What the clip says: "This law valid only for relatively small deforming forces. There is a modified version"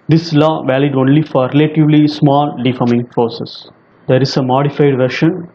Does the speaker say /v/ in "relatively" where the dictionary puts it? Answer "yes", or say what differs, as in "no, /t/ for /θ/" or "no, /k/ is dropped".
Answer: yes